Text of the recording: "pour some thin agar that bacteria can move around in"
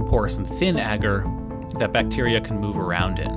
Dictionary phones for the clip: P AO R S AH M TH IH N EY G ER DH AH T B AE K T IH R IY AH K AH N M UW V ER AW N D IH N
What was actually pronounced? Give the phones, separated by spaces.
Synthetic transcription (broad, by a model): P AO R S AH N TH IH N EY G ER DH AH T B AE K T IH R IY AH K N M UW V ER AW N D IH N